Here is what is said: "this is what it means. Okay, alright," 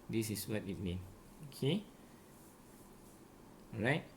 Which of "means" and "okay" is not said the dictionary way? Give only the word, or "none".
means